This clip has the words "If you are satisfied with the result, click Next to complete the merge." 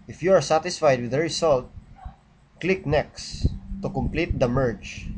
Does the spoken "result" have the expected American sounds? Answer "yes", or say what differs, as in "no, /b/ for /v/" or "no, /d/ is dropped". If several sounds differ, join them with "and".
no, /s/ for /z/